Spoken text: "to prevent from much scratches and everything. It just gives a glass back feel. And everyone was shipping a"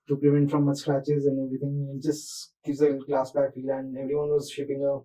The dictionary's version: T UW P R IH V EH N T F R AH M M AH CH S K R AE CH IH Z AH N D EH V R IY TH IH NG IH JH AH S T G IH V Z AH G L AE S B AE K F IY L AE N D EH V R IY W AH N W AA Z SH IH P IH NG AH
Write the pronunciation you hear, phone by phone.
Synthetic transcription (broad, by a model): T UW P L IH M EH N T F R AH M M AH S K R AE CH IH Z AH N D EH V R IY T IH NG IH JH AH S T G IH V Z AH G L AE S B AE K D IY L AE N D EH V R IY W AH N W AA Z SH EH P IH NG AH